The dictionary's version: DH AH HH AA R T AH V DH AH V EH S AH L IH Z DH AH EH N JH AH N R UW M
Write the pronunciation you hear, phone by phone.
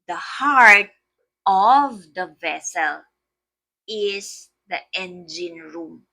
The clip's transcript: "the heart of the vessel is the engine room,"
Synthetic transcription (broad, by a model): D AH HH AA R T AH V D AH V EH S AH L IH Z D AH EH N JH AH N R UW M